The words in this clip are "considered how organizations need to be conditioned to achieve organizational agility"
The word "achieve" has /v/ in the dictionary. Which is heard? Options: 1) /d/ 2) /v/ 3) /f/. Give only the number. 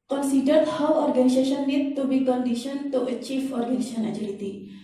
3